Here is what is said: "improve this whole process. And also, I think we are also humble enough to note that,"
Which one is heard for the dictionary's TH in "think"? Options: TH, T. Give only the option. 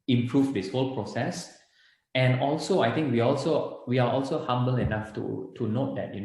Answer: T